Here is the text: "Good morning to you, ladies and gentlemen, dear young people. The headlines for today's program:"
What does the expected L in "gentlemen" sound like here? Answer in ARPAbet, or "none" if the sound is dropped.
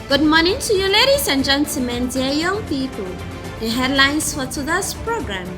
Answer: none